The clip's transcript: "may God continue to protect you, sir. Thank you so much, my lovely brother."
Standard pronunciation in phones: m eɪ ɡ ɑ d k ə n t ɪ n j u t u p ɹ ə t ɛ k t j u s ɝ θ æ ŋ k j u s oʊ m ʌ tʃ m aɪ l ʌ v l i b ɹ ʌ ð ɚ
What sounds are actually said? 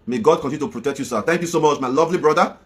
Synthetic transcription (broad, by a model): m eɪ ɡ ɑ d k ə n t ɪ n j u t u p ɹ ə t ɛ k t j u s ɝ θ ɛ ŋ k j u s oʊ m ʌ tʃ m aɪ l ʌ v l i b ɹ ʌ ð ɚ